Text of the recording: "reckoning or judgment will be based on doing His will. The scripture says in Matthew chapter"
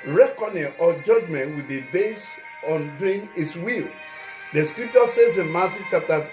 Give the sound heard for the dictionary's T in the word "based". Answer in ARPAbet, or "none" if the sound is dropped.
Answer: none